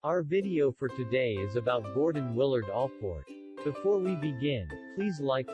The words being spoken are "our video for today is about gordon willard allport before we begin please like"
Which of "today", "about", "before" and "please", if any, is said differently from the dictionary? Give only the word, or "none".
none